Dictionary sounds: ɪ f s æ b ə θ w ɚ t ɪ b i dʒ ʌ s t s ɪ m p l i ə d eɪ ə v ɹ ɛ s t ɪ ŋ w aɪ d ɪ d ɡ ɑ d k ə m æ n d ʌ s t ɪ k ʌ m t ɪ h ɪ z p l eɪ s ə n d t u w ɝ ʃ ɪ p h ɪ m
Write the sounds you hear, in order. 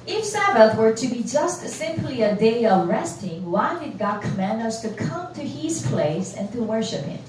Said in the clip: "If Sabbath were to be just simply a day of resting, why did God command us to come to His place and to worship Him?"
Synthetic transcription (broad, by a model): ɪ f s æ b ə θ w ɚ t ɪ b i dʒ ʌ s t s ɪ m p l i ə d eɪ ə v ɹ ɛ s t ɪ ŋ w aɪ d ɪ d ɡ ɑ d k ə m æ n d ʌ s t ɪ k ʌ m t ɪ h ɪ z p l eɪ s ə n t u w ɝ ʃ ɪ p h ɪ m